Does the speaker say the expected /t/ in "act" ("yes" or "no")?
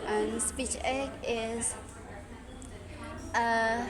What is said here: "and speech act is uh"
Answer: no